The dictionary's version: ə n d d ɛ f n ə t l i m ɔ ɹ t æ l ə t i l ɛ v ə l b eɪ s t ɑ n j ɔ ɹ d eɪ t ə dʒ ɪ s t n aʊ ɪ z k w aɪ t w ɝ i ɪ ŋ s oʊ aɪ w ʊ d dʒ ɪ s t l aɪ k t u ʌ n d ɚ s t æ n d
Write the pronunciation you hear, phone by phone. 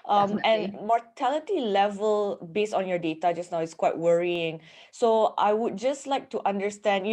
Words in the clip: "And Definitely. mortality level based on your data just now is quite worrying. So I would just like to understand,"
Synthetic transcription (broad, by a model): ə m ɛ n m ɔ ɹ t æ l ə t i l ɛ v ə l b eɪ s t ɑ n j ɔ d eɪ t ə dʒ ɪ s n aʊ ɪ s k w aɪ t w ɝ i ɪ ŋ s oʊ aɪ w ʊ d dʒ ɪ s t l aɪ k t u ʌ n d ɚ s t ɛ n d